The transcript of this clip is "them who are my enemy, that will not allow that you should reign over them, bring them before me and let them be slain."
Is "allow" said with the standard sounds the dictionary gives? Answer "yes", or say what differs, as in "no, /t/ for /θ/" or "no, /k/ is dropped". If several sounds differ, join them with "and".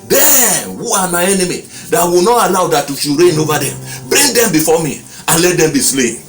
no, /n/ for /l/